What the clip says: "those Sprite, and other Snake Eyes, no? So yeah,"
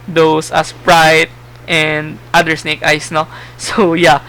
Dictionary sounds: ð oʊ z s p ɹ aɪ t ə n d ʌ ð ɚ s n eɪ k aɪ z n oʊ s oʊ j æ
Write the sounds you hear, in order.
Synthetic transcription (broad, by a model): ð oʊ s s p ɹ aɪ t ə n d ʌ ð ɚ s n eɪ k aɪ s n oʊ s oʊ j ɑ